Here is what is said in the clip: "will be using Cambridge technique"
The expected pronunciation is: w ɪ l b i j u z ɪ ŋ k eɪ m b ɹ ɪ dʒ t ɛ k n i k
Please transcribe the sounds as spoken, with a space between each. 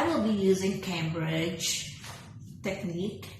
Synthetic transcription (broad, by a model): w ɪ l b i j u z ɪ ŋ k eɪ m b ɹ ɪ dʒ t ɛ k n i k